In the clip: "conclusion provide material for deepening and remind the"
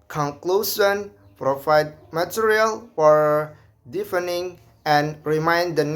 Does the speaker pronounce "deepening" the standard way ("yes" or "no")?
no